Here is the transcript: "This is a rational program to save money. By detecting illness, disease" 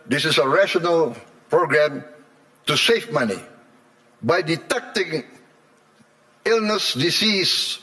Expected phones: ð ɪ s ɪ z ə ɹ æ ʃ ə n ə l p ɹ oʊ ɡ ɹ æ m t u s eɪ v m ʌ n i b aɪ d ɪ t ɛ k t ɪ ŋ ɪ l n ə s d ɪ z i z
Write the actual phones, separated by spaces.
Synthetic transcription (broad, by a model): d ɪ s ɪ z ə ɹ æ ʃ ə n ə l p ɹ oʊ ɡ ɹ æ m t u s eɪ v m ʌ n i b aɪ d ɪ t ɛ k t ɪ ŋ ɪ l n ə s d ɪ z i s